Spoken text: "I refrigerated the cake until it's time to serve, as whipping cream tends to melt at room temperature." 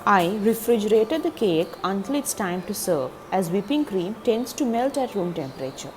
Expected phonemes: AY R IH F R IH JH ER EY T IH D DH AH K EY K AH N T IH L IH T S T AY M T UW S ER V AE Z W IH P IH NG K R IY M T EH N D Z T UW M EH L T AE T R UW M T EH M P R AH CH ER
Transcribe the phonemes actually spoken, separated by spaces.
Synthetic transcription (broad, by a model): AY R IH F R IH JH ER EY T IH D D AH K EY K AH N T IH L IH T S T AY M T UW S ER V AE Z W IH P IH NG K R IY M T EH N D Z T UW M EH L T AE T R UW M T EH M P R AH CH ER